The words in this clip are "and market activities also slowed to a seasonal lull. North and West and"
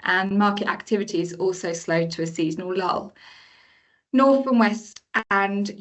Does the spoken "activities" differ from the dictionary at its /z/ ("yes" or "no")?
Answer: no